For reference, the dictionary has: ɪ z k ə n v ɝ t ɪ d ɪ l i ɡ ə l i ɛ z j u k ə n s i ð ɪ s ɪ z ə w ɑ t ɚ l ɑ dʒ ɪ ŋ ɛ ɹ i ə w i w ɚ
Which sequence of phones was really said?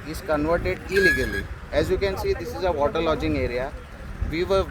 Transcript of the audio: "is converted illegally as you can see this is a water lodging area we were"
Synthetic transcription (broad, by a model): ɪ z k ə n v ɝ t ɪ d ɪ l i ɡ ə l i ɛ z j u k ə n s i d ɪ s ɪ z ə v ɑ t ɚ l ɑ dʒ ɪ ŋ ɛ ɹ i ə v i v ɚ